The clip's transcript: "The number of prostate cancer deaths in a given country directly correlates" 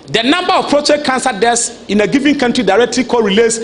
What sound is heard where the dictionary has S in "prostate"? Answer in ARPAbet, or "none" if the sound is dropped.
none